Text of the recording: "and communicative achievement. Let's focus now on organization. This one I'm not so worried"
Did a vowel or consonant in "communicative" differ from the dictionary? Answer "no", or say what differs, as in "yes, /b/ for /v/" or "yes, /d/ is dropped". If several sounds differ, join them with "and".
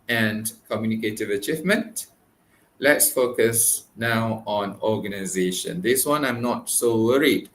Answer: no